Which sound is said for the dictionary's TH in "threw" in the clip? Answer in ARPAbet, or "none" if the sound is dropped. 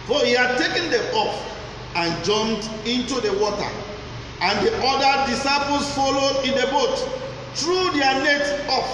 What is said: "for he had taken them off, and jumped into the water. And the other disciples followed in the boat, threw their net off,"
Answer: T